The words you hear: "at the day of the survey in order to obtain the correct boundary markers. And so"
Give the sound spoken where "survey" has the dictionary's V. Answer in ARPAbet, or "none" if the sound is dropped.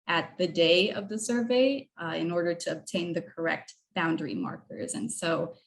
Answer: V